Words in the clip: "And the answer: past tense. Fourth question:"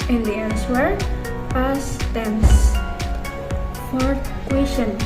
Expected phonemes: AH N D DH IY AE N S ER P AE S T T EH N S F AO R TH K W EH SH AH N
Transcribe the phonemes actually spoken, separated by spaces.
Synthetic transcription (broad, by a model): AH N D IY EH L S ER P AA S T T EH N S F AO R T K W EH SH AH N